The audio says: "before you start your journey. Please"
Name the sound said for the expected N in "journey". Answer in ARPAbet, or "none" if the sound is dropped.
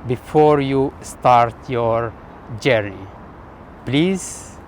none